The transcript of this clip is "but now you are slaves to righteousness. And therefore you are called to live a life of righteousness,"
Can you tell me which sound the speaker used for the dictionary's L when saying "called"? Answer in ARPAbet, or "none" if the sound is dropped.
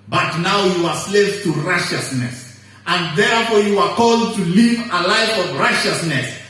L